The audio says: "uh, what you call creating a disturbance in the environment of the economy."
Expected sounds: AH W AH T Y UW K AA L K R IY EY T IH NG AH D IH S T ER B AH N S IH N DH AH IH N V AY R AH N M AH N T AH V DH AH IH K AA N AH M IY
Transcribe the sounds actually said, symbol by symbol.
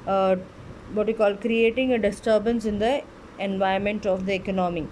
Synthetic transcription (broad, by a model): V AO T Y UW K AA L K R IY EY T IH NG AH D IH S T ER B AH N S IH N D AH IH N V AY AH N M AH N T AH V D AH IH K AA N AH M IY